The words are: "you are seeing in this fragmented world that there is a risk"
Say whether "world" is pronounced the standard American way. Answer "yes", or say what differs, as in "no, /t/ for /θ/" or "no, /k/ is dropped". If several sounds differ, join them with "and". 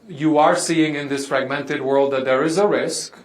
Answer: yes